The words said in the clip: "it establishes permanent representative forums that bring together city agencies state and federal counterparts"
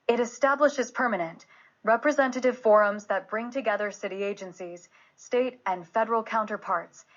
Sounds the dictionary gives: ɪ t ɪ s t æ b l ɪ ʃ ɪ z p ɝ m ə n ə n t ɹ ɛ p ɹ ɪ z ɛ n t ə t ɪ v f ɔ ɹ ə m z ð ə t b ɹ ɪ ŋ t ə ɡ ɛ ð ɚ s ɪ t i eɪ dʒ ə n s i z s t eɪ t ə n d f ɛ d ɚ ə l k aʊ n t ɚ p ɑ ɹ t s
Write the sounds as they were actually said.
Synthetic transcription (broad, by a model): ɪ t ɪ s t æ b l ɪ ʃ ɪ z p ɝ m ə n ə n t ɹ ɛ p ɹ ɪ z ɛ n t ə t ɪ v f ɔ ɹ ə m z ð ə t b ɹ ɪ ŋ t ə ɡ ɛ ð ɚ s ɪ t i eɪ dʒ ə n s i z s t eɪ t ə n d f ɛ d ɚ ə l k aʊ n t ɚ p ɑ ɹ t s